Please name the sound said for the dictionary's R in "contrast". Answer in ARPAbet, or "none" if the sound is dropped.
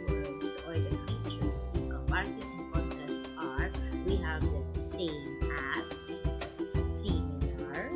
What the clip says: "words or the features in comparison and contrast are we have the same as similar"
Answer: none